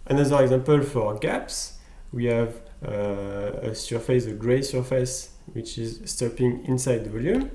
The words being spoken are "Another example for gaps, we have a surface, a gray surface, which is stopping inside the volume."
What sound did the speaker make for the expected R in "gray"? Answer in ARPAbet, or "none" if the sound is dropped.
R